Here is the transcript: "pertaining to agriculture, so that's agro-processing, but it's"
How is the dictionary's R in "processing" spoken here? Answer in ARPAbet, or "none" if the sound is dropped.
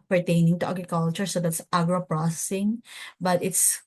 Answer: R